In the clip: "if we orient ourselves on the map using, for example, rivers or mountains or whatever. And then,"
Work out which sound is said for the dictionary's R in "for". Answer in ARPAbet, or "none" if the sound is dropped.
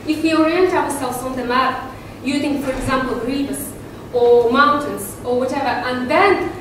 R